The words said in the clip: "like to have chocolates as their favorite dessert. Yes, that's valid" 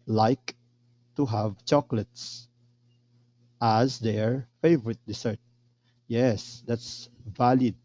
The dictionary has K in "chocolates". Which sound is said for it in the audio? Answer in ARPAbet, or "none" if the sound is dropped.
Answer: K